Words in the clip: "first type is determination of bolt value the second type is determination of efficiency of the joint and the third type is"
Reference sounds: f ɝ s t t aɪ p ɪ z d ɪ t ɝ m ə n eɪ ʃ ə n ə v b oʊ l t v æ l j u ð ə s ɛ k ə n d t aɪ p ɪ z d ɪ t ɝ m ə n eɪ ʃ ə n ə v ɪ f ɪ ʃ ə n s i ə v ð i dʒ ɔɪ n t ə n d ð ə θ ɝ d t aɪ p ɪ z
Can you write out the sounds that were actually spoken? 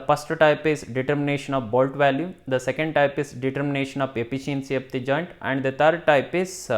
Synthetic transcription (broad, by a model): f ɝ s t t aɪ p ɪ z d ɪ t ɝ m ə n eɪ ʃ ə n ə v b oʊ l t v æ l j u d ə s ɛ k ə n d t aɪ p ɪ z d ɪ t ɝ m ə n eɪ ʃ ə n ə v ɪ p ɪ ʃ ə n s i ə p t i dʒ ɔɪ n t ə n d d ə t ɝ d t aɪ p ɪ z